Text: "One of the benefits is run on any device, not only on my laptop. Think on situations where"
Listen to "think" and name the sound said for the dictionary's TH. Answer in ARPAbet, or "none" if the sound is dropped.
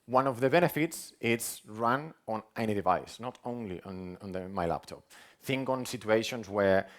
TH